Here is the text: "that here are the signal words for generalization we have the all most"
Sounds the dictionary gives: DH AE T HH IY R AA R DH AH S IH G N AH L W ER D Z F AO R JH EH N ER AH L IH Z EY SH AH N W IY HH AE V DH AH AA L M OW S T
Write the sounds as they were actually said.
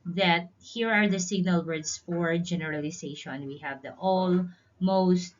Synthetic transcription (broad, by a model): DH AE T HH IY R AA R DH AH S IH G N AH L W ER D S F AO R JH EH N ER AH L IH S EY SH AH N W IY HH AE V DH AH AA L M OW S T